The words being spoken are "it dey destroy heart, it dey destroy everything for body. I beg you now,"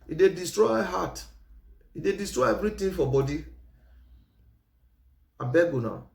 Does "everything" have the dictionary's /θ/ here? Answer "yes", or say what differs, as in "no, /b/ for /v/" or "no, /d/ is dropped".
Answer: no, /t/ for /θ/